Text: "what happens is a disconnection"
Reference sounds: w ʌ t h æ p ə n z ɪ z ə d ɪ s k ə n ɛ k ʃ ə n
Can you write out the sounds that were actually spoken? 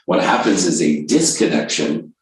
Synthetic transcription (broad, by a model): w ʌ t h æ p ə n z ɪ z ə d ɪ s k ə n ɛ k ʃ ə n